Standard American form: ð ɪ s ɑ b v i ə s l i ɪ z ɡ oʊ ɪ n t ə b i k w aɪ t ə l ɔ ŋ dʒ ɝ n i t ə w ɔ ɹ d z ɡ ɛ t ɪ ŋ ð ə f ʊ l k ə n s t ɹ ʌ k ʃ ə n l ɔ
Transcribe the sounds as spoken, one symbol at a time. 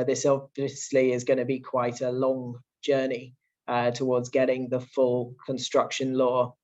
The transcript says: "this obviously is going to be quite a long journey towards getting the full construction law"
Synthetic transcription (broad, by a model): ð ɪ s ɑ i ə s l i ɪ z ɡ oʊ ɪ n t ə b i k w aɪ t ə l ɔ ŋ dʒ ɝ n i t ə w ɔ d z ɡ ɛ t ɪ ŋ ð ə f ʊ l k ə n s t ɹ ʌ k ʃ ə n l ɔ